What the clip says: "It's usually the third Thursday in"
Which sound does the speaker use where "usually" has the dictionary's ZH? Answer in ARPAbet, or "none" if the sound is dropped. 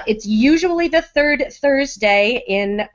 ZH